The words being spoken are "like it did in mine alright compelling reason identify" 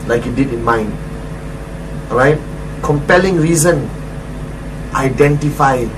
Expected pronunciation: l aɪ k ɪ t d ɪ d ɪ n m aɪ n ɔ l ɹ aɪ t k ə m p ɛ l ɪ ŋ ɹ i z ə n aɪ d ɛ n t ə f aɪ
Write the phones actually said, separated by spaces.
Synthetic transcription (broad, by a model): l aɪ k ɪ t d ɪ d ɪ n m aɪ n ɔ ɹ aɪ t k ə m p ɛ l ɪ ŋ ɹ i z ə n aɪ d ɛ n t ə f aɪ